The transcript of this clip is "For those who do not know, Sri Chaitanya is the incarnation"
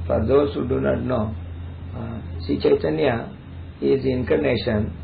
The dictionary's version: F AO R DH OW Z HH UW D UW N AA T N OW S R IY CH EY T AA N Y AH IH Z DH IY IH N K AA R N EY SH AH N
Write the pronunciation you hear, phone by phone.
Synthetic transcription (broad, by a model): F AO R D OW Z HH UW D UW N AA T N OW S IY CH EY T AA N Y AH IH Z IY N K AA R N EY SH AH N